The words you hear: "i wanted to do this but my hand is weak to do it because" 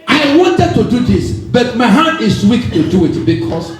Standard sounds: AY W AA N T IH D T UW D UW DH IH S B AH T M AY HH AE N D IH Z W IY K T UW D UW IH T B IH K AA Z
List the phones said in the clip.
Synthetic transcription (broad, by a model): AY W AA N T IH D T UW D UW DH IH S B AH T M AY HH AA D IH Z W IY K T UW D UW IH T B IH K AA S